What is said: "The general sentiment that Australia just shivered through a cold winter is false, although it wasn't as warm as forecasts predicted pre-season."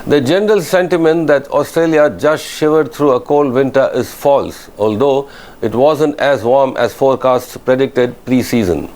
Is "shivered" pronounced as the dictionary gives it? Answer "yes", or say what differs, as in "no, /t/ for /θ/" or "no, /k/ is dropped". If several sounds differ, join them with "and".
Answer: yes